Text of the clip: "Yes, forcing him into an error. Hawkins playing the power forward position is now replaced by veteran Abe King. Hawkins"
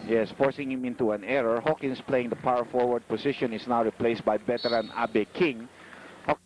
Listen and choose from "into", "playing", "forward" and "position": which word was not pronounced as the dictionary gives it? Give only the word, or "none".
position